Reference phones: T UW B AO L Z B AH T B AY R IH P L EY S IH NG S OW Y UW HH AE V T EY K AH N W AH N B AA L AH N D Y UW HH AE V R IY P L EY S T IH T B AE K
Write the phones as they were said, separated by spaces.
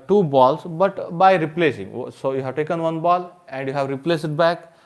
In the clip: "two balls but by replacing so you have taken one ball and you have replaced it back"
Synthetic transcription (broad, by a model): T UW B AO L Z B AH T B AY R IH P L EY S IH NG S OW Y UW HH AE V T EY K AH N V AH N B AA L AH N D Y UW HH AE V R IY P L EY S IH T B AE K